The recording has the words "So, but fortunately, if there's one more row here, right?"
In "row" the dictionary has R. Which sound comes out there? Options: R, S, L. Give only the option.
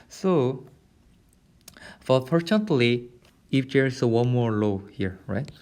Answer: L